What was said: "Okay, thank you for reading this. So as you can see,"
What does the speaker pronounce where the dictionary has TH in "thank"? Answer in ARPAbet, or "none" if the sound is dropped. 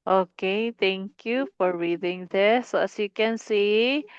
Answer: T